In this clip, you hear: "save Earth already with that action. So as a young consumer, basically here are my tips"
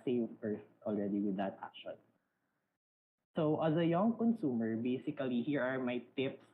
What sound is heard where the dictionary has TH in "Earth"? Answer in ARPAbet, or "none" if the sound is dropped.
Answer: S